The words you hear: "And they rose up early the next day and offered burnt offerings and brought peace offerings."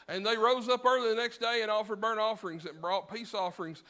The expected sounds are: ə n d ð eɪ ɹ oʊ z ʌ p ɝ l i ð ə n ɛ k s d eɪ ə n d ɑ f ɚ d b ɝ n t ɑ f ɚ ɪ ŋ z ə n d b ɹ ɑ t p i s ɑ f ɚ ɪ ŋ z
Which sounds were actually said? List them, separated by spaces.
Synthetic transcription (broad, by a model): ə n ð eɪ ɹ oʊ z ʌ p ɝ l i ð ə n ɛ k s d eɪ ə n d ɑ f ɚ d b ɝ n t ɑ f ɚ ɪ ŋ z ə n b ɹ ɑ t p i s ɑ f ɚ ɪ ŋ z